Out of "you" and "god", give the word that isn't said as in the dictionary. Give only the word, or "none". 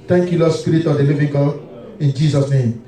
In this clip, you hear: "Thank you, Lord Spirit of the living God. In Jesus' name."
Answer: god